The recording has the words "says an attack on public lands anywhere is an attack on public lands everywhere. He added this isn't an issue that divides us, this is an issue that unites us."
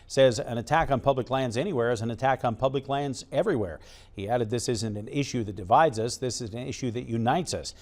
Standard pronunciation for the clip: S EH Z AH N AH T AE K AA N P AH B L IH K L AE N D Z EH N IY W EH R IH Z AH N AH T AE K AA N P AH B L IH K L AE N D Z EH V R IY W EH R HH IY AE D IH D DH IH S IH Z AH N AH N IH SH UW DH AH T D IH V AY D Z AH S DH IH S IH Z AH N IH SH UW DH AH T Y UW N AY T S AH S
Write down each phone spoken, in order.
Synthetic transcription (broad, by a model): S EH Z AH N AH T AE K N P AH B L IH K L AE N D Z EH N IY W EH R IH Z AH N AH T AE K N P AH B L IH K L AE N D Z EH V R IY W EH R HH IY AE D IH D DH IH S IH Z AH N AH N IH SH UW DH AH T D IH V AY D Z AH S DH IH S IH Z N IH SH UW DH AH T Y UW N AY T S AH S